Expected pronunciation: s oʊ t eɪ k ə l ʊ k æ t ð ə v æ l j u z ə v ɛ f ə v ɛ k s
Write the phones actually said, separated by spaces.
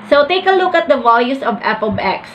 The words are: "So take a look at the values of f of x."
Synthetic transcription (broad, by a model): s oʊ t eɪ k ə l ʊ k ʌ t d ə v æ l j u s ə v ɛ p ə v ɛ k s